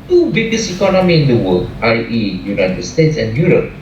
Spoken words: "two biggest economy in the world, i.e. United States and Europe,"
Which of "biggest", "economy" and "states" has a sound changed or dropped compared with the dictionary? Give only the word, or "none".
biggest